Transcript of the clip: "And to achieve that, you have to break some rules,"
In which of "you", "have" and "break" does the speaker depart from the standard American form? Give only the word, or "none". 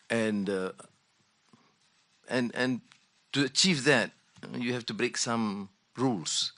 have